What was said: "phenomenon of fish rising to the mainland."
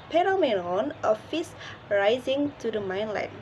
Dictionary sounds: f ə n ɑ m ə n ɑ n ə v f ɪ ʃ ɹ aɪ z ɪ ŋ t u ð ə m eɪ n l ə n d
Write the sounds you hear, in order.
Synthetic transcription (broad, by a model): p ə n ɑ m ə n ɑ n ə f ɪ s ɹ aɪ z ɪ ŋ t u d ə m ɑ n l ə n